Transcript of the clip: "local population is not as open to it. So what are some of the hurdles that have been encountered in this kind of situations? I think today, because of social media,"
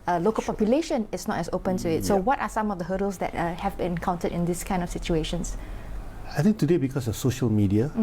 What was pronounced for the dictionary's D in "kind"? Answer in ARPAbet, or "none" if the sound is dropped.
D